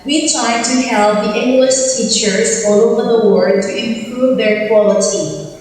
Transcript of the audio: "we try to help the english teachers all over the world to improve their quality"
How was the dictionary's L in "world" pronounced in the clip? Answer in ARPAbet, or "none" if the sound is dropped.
none